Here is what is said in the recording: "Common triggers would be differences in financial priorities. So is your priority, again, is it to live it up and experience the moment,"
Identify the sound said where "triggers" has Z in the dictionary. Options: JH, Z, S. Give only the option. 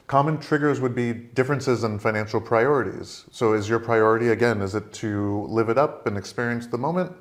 Z